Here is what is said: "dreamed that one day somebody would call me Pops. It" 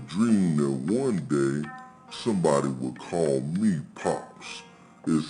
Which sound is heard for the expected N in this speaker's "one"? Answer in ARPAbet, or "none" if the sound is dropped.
N